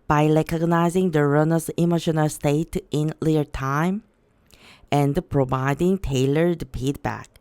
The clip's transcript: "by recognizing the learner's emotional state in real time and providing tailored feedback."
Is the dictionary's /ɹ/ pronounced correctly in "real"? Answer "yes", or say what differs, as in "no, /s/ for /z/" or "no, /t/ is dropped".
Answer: no, /l/ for /ɹ/